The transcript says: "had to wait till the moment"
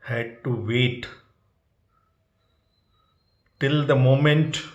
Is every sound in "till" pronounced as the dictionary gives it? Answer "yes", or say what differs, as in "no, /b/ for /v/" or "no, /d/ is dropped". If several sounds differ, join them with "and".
yes